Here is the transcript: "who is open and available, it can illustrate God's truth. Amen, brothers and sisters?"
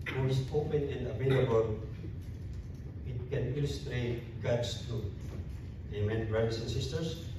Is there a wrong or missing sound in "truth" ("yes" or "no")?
yes